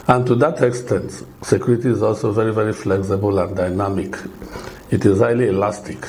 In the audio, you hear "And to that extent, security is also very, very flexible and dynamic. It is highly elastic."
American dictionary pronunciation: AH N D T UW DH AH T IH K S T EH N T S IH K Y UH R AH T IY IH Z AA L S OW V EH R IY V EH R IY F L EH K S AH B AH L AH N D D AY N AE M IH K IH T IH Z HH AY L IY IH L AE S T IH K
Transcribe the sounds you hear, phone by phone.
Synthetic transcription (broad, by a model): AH N T UW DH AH T IH K S T EH N T S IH K Y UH R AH T IY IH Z AA L S OW V EH R IY V EH R IY F L EH K S AH B AH L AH N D D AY N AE M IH K IH T IH Z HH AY L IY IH L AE S T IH K